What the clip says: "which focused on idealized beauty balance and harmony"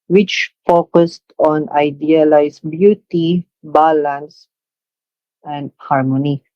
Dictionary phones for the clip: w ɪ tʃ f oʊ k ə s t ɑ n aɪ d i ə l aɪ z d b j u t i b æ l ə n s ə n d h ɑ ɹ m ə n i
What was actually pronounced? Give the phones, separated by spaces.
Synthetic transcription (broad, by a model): w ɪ tʃ f oʊ k ə s t ɑ n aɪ d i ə l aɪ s b j u t i b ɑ l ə n s ə n d h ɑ ɹ m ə n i